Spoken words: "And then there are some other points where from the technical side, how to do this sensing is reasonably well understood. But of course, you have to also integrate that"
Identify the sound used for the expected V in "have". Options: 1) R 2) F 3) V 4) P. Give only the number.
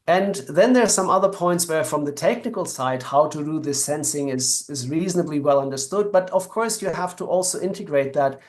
2